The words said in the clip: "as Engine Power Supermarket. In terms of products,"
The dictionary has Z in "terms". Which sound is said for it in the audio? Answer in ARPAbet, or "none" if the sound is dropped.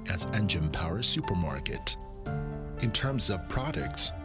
Z